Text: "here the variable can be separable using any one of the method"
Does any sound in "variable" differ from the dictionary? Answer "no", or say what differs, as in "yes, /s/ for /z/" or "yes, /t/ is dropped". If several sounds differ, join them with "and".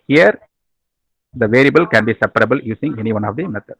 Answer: no